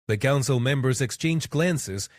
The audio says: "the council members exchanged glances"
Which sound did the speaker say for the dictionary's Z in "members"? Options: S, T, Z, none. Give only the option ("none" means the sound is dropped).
Z